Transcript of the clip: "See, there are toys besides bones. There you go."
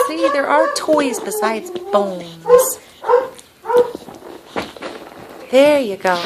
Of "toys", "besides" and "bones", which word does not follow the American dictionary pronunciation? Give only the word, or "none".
none